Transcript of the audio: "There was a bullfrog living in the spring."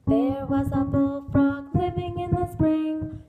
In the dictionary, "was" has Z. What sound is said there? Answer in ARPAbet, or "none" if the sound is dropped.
Z